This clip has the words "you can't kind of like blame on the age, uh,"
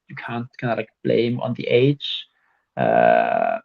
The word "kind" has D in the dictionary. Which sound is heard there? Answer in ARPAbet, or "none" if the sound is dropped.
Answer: none